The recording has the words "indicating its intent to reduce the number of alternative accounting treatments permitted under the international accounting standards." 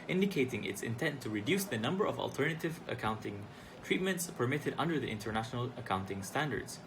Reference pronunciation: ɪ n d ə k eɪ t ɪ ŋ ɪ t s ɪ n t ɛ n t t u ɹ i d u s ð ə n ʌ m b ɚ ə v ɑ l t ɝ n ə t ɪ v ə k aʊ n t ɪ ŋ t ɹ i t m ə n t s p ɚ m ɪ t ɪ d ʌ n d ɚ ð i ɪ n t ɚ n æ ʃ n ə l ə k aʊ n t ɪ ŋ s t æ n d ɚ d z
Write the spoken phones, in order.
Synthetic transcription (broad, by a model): ɪ n d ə k eɪ t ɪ ŋ ɪ t s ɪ n t ɛ n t t u ɹ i d u s ð ə n ʌ m b ɚ ə v ɑ l t ɝ n ə t ɪ v ə k aʊ n t ɪ ŋ t ɹ i t m ə n t s p ɚ m ɪ t ɪ d ʌ n d ɚ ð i ɪ n t ɚ n æ ʃ n ə l ə k aʊ n t ɪ ŋ s t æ n d ɚ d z